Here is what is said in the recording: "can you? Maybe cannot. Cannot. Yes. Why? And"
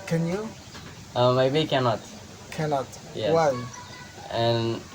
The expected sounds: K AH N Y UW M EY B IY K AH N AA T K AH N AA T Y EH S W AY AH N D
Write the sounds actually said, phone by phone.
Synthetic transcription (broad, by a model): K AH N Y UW M EY B IY K AH N AA T K AH N AA T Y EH W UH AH N